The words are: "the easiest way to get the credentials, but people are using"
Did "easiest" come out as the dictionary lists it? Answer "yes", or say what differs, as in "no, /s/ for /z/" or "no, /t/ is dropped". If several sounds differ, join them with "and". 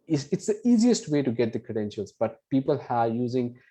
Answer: yes